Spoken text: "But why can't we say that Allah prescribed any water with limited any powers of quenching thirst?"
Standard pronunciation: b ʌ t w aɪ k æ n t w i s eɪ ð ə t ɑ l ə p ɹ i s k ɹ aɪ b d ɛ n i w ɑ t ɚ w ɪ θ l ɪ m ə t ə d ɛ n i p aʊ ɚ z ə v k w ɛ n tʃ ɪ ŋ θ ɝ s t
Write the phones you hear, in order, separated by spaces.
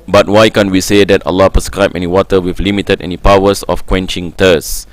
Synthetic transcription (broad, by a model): b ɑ t w aɪ k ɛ n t w i s eɪ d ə t ɑ l ə p ɹ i s k ɹ aɪ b ɛ n i w ɑ t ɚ w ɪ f l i m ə t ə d ɛ n i p aʊ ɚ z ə f k w ɛ n tʃ ɪ ŋ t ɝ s